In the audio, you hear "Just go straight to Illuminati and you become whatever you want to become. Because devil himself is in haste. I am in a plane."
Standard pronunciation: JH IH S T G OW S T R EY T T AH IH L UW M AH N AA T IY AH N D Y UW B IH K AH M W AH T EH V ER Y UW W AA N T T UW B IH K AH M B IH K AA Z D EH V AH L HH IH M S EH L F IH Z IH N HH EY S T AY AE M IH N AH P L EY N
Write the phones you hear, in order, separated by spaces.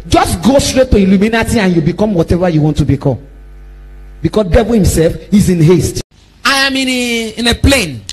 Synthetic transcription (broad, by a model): JH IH S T G OW S T R EY T T AH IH L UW M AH N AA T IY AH N Y UW B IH K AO M W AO T EH V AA Y UW W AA N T T UW B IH K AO M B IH K AA S D EH V AH L HH IH M S EH L F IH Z IH N HH EY S T AY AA M IH N AH P L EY N